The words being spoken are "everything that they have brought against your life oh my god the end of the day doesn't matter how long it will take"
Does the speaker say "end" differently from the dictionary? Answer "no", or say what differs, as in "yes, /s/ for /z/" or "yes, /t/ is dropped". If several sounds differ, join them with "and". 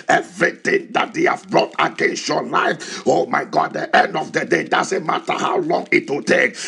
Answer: no